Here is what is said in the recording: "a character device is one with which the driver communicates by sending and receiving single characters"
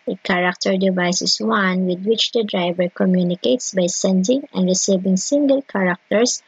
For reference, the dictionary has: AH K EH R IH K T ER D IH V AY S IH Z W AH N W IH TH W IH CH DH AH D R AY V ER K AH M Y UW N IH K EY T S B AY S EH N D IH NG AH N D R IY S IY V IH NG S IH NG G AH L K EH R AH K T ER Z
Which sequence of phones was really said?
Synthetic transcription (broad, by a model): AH K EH R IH K T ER D IH V AY S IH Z W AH N W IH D W IH CH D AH D R AY V ER K AH M Y UW N IH K EY T S B AY S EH N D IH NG AH N D R IY S IY V IH NG S IH NG G AH L K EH R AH K T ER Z